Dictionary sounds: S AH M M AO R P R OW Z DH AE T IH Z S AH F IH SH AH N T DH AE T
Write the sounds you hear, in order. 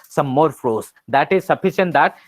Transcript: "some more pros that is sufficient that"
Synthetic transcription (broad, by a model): S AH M M AO R F R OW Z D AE T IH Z S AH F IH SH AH N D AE T